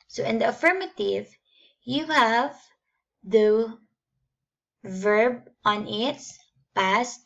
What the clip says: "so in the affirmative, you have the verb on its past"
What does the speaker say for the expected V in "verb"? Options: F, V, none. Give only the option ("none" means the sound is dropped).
V